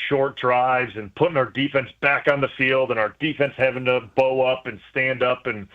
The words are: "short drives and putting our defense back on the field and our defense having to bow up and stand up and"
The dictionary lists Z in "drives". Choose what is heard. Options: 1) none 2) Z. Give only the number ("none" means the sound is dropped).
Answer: 2